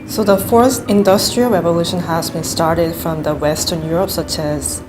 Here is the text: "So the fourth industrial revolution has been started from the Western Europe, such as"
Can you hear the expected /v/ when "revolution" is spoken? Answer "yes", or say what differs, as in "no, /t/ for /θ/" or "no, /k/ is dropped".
yes